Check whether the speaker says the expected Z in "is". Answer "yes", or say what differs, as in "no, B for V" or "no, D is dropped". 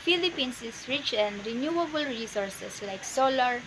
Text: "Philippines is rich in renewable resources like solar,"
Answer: no, S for Z